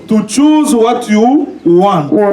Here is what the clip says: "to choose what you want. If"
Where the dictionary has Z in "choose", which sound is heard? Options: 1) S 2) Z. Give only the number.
2